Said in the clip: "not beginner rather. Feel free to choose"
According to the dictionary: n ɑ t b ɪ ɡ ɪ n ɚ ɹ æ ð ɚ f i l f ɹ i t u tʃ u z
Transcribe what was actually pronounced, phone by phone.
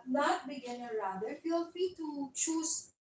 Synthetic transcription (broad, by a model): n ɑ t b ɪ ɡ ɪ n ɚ ɹ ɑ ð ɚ f i l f i t u tʃ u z